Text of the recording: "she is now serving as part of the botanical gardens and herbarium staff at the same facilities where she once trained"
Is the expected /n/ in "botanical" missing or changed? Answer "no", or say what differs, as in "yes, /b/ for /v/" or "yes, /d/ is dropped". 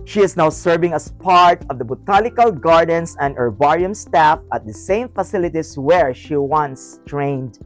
yes, /l/ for /n/